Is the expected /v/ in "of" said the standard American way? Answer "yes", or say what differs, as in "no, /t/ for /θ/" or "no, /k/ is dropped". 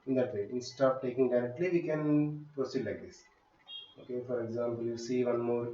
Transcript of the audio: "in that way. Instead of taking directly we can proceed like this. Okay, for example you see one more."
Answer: no, /p/ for /v/